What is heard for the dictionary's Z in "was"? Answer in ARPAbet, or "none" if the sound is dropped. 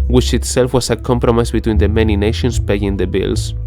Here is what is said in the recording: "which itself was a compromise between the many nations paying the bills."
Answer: S